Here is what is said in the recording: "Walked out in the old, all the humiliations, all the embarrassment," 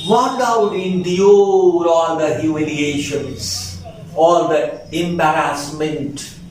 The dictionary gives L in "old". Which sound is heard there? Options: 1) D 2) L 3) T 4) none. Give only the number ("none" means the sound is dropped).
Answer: 4